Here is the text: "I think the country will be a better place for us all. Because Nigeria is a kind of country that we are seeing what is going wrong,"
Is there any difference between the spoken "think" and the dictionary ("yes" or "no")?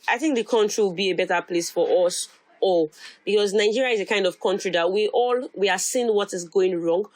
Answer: no